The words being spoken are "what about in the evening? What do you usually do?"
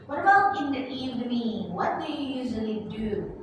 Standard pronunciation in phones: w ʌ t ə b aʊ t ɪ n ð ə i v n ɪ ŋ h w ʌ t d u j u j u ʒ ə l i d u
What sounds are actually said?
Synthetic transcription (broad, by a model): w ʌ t ə b aʊ t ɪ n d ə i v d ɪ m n w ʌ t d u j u j u ʒ ə l i d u